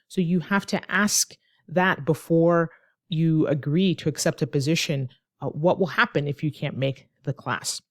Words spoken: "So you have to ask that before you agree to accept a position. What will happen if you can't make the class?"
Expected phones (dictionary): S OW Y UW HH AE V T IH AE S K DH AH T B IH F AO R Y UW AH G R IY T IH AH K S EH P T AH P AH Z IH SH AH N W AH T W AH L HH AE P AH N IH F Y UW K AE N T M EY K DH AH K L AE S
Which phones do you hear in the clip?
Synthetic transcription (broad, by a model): S OW Y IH HH AE F T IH AE S K DH AH T B IH F AO R Y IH AH G R IY T IH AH K S EH P T AH P AH Z IH SH AH N W AH T W AH L HH AE P AH N IH F Y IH K AE N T M EY K DH AH K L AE S